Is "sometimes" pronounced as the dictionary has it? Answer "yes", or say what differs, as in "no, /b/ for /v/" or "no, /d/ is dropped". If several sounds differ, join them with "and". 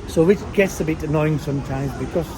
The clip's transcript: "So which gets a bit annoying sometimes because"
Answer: yes